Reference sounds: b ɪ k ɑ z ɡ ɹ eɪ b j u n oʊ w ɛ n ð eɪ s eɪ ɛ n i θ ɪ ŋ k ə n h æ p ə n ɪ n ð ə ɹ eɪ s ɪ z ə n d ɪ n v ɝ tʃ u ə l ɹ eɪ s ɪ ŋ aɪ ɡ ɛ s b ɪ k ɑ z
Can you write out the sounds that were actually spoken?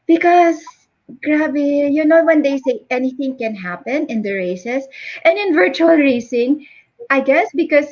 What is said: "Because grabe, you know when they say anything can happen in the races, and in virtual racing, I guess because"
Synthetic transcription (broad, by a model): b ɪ k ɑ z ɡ ɹ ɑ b j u n oʊ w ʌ n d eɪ s eɪ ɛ n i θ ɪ ŋ k ə n h æ p ə n ɪ n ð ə ɹ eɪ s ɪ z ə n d ɪ n v ɝ tʃ u ə l ɹ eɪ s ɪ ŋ aɪ ɡ ɛ s b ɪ k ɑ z